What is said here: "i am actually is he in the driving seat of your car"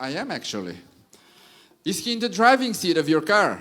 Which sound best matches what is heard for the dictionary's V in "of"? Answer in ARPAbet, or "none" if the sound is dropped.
V